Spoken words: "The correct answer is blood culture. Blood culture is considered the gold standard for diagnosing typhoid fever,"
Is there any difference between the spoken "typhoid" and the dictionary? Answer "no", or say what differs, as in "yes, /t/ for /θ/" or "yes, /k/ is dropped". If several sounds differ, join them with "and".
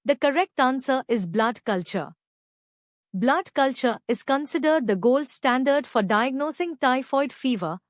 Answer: no